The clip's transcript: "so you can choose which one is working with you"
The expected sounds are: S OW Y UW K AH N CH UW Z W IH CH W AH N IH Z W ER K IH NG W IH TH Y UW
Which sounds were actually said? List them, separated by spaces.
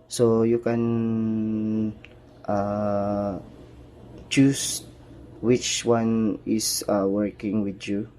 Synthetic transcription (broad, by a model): S OW Y UW K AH N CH UW S W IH CH W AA N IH S W ER K IH NG W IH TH Y UW